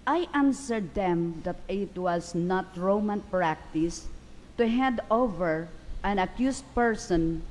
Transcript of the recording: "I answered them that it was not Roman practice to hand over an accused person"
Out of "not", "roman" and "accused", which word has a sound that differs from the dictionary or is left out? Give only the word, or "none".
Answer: accused